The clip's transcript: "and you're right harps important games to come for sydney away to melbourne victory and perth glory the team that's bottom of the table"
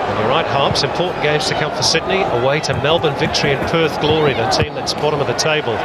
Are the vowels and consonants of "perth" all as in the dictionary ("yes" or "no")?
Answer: yes